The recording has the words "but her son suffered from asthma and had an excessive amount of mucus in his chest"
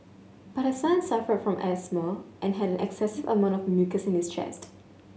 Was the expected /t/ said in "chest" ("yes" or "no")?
yes